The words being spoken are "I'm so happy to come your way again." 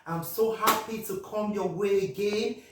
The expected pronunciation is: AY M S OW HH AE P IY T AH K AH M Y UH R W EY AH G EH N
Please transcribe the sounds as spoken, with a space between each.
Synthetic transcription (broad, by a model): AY M S OW HH AE P IY T AH K AH M Y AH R W EY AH G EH N